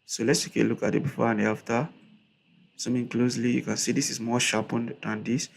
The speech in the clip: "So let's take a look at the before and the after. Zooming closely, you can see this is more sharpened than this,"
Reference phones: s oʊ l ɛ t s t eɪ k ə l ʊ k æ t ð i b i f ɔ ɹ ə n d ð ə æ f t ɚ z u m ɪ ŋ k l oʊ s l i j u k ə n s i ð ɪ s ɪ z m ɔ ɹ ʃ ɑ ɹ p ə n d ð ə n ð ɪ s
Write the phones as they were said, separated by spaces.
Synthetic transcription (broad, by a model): s oʊ l ɛ t s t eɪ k ə l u k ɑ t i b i f ɔ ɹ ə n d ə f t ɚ s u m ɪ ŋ k l oʊ s l i j u k ə n s i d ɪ s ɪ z m ɔ ʃ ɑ p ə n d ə n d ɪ s